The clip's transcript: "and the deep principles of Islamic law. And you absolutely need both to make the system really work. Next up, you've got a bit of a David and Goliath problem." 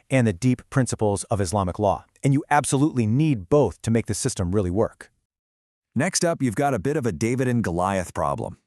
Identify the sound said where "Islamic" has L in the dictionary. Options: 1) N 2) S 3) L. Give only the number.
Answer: 3